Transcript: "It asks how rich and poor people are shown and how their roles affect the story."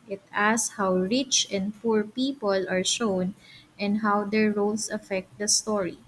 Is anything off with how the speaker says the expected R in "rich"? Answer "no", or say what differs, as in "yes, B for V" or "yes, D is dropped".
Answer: no